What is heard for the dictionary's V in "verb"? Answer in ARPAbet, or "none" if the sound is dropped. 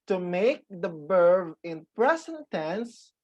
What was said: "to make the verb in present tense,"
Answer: B